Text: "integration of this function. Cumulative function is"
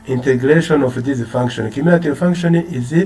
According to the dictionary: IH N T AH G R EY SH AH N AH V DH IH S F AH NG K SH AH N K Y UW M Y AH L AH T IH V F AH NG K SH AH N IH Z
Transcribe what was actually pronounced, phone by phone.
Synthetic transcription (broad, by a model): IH N T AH G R EY SH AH N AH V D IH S F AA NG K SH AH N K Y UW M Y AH N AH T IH F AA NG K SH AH N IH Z